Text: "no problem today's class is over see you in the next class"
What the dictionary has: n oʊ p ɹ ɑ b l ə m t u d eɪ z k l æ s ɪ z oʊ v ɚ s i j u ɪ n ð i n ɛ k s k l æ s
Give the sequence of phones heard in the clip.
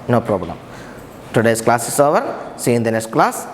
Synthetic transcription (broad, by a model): n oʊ p ɹ ɑ b l ə m t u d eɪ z k l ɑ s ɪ s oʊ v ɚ s i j ɪ n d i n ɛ s k l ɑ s